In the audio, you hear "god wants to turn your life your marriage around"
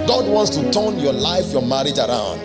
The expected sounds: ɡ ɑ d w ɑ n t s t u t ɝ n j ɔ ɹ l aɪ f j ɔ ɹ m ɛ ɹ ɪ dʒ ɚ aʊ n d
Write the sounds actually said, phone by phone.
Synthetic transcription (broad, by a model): ɡ ɑ d w ɑ n t s t u t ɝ n j ɔ l aɪ f j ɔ m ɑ ɹ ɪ dʒ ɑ aʊ n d